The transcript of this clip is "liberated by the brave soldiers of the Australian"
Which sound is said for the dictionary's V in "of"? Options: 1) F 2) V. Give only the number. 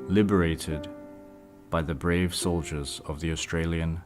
2